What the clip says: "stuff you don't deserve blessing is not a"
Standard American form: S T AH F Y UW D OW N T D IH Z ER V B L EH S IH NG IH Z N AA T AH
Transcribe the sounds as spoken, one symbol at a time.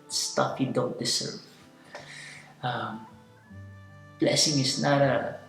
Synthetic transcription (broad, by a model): S T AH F Y UW D OW N T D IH S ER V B L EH S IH NG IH S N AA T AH